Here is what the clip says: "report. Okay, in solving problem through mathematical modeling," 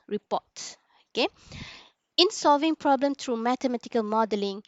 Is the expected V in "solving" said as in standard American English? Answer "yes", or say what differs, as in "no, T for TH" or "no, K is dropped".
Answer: yes